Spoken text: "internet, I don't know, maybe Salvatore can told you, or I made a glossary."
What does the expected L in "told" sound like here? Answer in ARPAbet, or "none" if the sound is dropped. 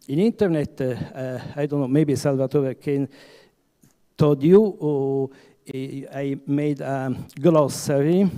none